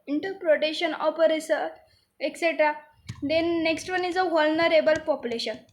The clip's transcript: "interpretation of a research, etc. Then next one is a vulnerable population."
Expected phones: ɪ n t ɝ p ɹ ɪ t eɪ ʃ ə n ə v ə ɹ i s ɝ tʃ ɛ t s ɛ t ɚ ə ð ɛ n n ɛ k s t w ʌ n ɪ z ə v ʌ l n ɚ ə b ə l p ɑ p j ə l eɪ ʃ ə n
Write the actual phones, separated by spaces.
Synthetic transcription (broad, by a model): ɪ n t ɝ p ɹ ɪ t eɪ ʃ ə n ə p ə ɹ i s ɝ ɛ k s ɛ t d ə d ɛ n n ɛ k s t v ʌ n ɪ z ə v ʌ l n ɚ ə b ə l p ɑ p j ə l eɪ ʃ ə n